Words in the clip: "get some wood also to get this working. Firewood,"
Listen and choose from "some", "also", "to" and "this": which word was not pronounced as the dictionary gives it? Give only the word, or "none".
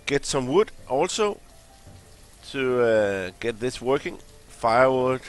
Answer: to